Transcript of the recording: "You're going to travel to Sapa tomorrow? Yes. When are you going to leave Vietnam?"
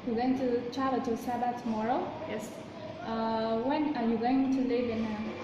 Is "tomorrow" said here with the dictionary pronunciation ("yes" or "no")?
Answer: yes